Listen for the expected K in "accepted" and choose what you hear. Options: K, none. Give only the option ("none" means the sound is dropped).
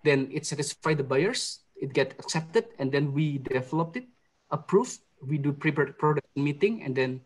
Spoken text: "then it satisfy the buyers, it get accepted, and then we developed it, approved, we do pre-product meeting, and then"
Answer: K